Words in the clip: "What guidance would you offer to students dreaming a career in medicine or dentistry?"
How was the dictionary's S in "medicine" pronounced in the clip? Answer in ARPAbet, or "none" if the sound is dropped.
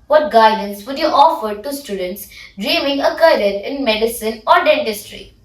S